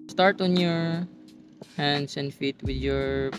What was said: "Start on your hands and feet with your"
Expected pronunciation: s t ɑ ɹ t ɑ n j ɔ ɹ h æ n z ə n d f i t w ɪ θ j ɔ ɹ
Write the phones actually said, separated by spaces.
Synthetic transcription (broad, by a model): s t ɑ ɹ t ɑ n j ɔ ɹ h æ n s ə n d f i t w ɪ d j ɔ ɹ